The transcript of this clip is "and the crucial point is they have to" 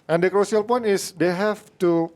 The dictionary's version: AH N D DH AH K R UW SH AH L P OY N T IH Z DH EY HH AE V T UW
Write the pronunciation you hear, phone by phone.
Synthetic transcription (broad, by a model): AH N D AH K R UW S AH L P OY N T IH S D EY HH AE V T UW